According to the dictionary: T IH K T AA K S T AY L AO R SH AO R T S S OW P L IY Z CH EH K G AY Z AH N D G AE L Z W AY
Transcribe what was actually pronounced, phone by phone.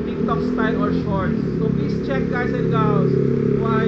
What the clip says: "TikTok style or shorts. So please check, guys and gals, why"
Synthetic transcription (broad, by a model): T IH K T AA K S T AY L AO R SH AO R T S S OW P L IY S CH EH K G AY S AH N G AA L S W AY